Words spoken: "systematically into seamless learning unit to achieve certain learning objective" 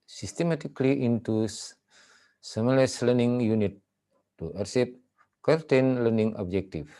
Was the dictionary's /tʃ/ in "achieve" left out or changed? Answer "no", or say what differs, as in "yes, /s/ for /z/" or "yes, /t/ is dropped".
yes, /s/ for /tʃ/